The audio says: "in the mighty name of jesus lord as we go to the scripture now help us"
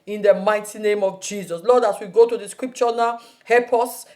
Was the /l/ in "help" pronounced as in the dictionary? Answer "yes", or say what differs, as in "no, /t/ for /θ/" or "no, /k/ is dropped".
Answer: no, /l/ is dropped